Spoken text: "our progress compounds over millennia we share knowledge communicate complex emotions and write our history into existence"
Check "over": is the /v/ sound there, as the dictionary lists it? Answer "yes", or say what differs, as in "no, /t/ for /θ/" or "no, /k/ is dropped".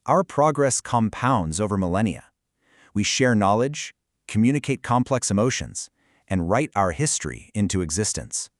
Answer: yes